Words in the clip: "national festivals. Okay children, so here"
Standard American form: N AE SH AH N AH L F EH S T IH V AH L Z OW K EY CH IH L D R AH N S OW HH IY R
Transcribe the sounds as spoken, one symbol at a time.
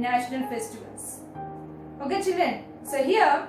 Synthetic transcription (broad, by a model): N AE SH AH N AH L F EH S T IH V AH L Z OW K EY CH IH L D AH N S OW HH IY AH